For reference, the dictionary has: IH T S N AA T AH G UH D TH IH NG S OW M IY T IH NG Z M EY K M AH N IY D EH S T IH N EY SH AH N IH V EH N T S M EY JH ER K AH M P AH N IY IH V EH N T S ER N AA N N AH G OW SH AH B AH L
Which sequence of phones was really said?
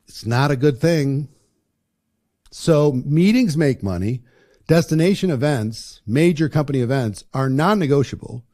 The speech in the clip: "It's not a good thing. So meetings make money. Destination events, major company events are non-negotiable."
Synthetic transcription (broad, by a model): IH T S N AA T AH G UH D TH IH NG S OW M IY T IH NG Z M EY K M AH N IY D EH S T IH N EY SH AH N IH V EH N T S M EY JH ER K AH M P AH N IY IH V EH N T S ER N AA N N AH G OW SH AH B L